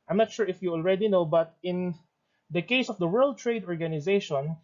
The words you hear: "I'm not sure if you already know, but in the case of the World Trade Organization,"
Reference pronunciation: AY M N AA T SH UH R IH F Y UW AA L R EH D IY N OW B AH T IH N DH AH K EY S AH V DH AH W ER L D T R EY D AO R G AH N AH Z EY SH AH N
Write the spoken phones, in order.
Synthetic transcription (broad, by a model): AY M N AA T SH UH R IH F Y UW AA L R EH D IY N OW B AH T IH N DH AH K EY S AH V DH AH W ER L D T R EY D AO R G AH N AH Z EY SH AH N